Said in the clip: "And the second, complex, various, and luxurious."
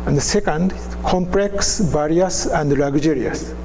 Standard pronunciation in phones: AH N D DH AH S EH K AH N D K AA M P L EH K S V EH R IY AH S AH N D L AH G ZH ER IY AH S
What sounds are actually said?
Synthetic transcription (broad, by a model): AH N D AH S EH K AH N D K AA M P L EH K S B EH R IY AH S AH N D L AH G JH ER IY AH S